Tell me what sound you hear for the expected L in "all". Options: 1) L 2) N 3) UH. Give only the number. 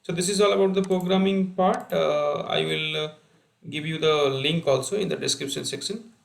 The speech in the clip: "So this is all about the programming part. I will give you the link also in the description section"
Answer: 1